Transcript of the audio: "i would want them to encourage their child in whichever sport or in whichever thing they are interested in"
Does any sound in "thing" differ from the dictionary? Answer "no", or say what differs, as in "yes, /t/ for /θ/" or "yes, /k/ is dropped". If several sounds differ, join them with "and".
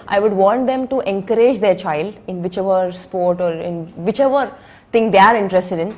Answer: yes, /t/ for /θ/